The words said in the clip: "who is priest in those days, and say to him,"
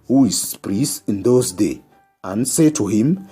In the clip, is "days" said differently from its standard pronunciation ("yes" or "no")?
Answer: yes